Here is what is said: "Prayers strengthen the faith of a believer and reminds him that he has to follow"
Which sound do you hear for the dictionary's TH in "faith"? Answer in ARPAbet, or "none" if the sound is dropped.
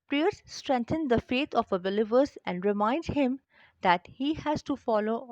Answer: T